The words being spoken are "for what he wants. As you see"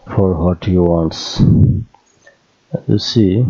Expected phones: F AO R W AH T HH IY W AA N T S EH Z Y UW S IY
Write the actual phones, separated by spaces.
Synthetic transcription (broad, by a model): F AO R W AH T HH IY W AA N T S Y UW S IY